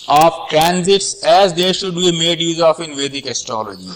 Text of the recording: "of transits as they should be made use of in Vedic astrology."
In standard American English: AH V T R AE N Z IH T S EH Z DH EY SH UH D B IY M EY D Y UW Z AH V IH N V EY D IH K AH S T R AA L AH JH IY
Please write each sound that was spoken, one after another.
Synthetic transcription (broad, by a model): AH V T R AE N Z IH T S EH Z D EY SH UH D B IY M EY D Y UW Z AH F IH N V EY D IH K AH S T R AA L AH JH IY